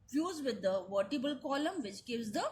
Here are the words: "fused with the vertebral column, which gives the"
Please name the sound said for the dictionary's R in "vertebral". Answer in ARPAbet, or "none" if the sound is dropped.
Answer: none